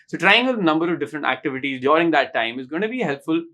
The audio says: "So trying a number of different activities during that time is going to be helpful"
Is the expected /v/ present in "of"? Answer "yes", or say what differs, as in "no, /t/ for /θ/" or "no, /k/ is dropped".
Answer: yes